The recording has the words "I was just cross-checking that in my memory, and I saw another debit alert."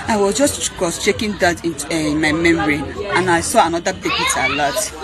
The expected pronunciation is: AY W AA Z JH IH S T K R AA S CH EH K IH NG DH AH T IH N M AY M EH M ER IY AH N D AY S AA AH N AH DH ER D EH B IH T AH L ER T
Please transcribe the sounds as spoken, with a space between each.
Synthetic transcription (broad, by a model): AY W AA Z JH IH S T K AA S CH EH K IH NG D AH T IH N M AY M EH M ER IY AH N AY S AA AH N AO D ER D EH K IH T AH L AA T